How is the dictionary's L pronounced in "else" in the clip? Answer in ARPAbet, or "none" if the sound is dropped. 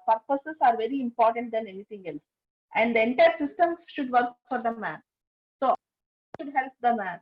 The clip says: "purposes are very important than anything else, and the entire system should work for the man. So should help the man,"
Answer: L